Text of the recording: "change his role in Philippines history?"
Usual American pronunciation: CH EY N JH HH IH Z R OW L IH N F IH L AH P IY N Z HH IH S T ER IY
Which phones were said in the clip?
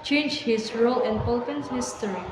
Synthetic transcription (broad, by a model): CH EY N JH HH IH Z R OW L IH N P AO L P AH N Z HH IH S T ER IY